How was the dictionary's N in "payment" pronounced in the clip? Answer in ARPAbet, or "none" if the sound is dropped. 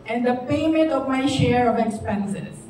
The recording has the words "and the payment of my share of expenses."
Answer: none